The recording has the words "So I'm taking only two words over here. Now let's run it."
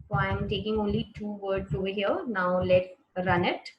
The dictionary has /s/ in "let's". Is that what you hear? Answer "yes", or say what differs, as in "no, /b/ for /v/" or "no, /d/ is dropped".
no, /s/ is dropped